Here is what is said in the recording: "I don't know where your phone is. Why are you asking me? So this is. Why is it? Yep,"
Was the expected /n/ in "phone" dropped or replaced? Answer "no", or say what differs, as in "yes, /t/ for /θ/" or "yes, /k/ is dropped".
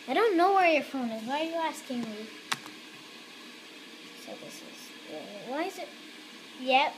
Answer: no